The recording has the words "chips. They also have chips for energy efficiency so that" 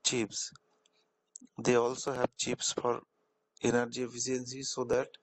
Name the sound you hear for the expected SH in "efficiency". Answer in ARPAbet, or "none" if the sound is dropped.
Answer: S